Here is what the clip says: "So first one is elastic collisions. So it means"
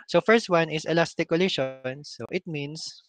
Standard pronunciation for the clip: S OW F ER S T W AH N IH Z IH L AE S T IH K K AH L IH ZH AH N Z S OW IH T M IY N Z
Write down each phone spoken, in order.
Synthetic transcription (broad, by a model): S OW F ER S T W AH N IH S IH L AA S T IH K K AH L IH SH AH N S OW IH T M IY N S